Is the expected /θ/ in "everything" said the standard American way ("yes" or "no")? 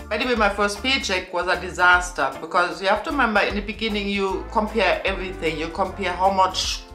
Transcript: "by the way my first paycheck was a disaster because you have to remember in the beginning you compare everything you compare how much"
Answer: yes